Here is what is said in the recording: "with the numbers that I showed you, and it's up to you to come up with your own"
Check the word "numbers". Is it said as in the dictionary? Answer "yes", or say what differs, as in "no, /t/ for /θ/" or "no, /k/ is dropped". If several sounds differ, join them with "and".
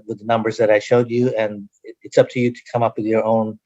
yes